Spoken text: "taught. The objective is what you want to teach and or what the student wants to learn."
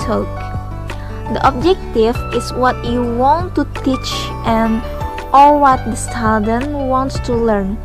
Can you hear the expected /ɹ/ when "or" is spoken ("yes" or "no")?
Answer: no